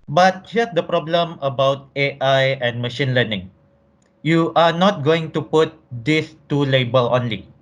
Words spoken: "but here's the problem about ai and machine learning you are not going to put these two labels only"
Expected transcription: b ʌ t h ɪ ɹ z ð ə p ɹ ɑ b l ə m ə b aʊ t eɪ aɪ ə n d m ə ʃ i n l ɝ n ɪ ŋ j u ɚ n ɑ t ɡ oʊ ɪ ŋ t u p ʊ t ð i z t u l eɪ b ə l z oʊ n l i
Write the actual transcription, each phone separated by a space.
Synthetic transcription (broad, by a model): b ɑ t h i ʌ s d ə p ɹ ɑ b l ə m ə b aʊ t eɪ aɪ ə n m ə ʃ i n l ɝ n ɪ ŋ j u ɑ n ɑ t ɡ oʊ ɪ ŋ t u p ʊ t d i s t u l eɪ b ə l oʊ n l i